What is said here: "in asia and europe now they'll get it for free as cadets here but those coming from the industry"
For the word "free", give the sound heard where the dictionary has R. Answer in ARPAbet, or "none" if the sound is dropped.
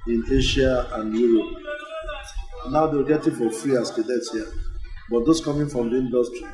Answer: R